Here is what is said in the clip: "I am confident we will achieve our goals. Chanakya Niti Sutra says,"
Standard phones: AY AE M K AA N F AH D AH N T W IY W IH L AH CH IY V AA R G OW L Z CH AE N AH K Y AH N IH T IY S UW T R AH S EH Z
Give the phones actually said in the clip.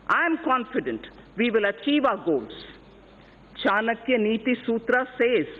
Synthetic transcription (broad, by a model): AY M K AA N F AH D AH N T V IY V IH L AH CH IY V AA R G OW L S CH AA N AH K Y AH N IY T IY S UW T R AH S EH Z